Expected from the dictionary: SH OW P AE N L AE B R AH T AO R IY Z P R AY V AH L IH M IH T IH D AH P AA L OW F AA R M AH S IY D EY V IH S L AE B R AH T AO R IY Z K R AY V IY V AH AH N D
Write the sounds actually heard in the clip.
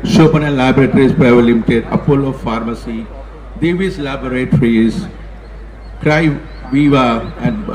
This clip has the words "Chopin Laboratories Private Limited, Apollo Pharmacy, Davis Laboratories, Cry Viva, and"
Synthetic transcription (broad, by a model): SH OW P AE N L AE B R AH T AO R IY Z P R AY V AH L IH M IH T IH D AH F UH L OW F AA R M AH S IY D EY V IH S L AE B R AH T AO R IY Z K R AY V IY V AH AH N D